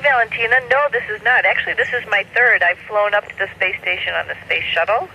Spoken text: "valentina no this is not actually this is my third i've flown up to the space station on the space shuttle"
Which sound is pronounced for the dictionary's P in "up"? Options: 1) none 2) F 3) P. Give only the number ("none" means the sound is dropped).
3